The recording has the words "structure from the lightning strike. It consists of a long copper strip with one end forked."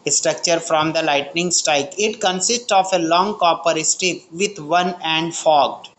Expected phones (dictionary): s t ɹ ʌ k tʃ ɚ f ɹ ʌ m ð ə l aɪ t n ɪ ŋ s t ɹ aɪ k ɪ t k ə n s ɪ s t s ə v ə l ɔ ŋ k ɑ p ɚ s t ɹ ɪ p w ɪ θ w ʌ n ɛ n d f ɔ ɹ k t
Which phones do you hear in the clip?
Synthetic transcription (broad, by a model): s t ɹ ʌ k tʃ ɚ f ɹ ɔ m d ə l aɪ t n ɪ ŋ s t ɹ aɪ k ɪ t k ə n s ɪ s t s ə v ə l ɔ ŋ k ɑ p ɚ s t ɪ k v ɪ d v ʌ n ɛ n d f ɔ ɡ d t